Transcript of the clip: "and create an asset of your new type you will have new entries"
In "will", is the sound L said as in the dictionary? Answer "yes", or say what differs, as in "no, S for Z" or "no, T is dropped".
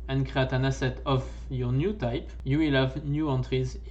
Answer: yes